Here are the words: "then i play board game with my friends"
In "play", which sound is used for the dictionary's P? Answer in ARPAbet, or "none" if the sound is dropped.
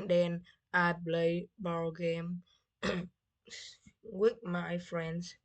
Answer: B